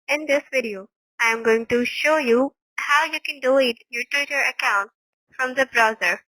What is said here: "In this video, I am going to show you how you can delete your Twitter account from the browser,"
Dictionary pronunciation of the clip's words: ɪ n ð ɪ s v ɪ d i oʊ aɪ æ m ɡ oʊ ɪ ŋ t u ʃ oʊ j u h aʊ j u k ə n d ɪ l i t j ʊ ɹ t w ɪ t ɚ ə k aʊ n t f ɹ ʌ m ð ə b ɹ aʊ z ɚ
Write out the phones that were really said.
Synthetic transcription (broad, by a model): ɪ n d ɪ s v ɪ d i oʊ aɪ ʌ m ɡ oʊ ɪ ŋ t u ʃ oʊ j u h aʊ j u k ə n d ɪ i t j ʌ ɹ t w ɪ t ɚ ə k aʊ n t f ɹ ʌ m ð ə b ɹ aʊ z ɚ